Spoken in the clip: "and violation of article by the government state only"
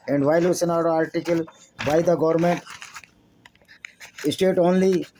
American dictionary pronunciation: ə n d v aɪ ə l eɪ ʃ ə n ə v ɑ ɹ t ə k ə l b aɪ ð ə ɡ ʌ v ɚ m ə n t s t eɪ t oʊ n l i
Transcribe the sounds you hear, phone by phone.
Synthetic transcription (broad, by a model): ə n d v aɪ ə l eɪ s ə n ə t ɑ ɹ t ə k ə l b aɪ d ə ɡ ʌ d m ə n t s t eɪ t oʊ n l i